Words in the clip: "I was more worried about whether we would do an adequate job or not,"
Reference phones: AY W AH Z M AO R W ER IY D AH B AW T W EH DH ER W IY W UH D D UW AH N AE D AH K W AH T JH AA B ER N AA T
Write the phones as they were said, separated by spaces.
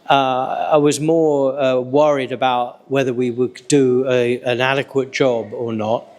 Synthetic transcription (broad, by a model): AY W AH Z M AO R W ER IY D AH B AW T W EH DH ER W IY W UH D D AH AH N AE D AH K W AH T JH AA B ER N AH T